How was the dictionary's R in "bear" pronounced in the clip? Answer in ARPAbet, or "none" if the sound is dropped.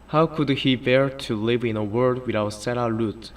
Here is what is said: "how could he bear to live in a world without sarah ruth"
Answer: R